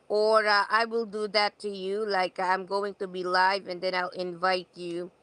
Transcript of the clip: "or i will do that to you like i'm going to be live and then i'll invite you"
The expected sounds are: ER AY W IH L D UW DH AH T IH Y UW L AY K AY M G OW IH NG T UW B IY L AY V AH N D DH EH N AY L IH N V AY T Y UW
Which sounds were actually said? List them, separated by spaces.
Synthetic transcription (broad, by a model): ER AY W IH L D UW DH AH T IH Y UW L AY K AY M G OW IH NG T UW B IY L AY V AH N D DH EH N AY L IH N V AY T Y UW